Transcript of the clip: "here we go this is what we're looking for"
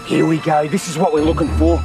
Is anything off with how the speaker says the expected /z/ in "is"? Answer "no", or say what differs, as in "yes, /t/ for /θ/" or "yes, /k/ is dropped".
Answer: no